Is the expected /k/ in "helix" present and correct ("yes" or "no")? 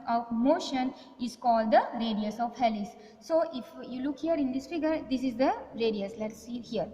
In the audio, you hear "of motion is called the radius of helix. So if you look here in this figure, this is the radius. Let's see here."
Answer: no